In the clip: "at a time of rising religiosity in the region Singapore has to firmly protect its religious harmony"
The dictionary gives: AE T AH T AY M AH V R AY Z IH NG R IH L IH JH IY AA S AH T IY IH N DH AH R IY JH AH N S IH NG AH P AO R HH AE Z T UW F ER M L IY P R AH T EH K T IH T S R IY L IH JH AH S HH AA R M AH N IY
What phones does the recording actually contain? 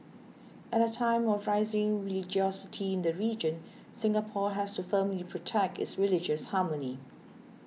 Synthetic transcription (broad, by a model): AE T AH T AY M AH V R AY Z IH NG R IH L IH JH IY AA S AH T IY IH N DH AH R IY JH AH N S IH NG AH P AO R HH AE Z T UW F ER M L IY P R AH T EH K T IH T S R IY L IH JH AH S HH AA M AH N IY